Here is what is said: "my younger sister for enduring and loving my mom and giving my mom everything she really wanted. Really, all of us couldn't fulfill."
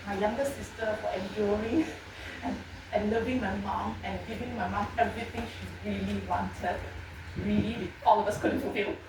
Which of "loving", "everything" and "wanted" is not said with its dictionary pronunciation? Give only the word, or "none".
everything